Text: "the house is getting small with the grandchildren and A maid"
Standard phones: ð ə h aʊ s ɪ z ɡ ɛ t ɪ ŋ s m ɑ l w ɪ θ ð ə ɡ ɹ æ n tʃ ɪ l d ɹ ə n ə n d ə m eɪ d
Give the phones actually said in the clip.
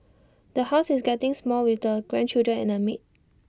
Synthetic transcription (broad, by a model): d ə h aʊ s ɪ s ɡ ɛ t ɪ ŋ s m ɑ l w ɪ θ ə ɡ ɹ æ n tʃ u d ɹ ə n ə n ə m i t